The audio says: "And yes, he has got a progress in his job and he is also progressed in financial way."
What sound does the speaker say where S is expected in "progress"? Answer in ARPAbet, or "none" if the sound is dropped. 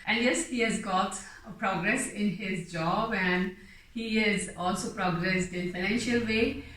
S